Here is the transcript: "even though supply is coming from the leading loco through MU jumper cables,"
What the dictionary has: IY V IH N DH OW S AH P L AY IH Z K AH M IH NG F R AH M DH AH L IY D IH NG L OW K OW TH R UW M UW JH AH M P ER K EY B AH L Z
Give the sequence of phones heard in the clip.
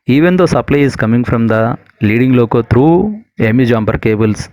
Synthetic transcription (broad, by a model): IY V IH N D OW S AH P L AY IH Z K AH M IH NG F R AH M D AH L IY D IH NG L OW K OW T R UW M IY JH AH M B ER K EY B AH L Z